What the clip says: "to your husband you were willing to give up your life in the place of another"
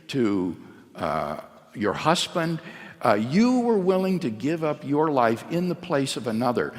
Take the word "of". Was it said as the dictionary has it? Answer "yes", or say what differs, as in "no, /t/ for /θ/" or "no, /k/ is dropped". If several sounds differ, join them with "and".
yes